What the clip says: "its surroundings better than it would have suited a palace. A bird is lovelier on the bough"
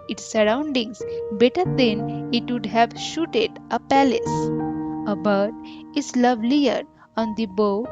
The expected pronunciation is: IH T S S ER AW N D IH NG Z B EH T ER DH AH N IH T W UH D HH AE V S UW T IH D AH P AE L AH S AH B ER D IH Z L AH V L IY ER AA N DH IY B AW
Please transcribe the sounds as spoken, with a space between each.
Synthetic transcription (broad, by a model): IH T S S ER AW N D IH NG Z B EH T ER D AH N IH T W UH D HH AE V SH UW T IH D AH P AE L AH S AH B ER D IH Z L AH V L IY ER AA N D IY B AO